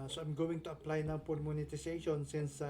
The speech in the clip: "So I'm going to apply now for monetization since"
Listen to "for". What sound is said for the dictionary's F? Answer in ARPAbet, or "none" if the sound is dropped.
P